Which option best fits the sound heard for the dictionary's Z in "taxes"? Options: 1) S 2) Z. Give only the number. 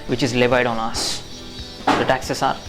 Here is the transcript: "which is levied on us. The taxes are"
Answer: 1